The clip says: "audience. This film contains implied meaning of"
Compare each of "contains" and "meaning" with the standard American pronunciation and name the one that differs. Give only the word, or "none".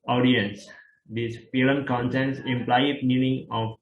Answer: contains